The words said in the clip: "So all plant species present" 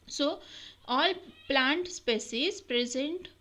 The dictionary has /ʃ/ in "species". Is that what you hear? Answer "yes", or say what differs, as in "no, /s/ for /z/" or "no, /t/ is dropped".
no, /s/ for /ʃ/